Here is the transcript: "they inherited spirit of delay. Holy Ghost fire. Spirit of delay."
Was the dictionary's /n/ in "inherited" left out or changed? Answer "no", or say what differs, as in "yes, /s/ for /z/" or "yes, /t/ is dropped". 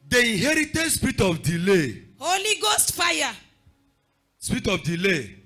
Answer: yes, /n/ is dropped